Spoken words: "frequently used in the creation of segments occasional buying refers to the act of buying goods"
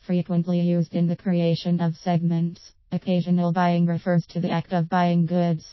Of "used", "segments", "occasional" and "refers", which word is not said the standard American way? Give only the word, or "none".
none